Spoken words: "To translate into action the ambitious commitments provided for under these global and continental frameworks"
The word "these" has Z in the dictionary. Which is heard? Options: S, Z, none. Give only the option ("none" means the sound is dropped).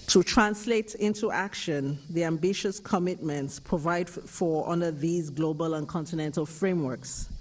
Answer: Z